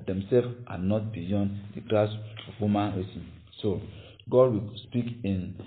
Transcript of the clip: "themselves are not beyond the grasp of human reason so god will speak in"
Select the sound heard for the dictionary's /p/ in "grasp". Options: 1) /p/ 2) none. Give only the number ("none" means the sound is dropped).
2